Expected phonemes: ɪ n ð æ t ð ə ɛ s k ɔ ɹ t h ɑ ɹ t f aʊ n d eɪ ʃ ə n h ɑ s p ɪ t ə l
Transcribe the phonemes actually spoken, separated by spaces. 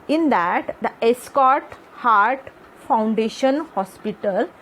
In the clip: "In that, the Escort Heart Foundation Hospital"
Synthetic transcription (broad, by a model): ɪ n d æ t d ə ɛ s k ɔ ɹ t h ɑ ɹ t f aʊ n d eɪ ʃ ə n h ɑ s p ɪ t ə l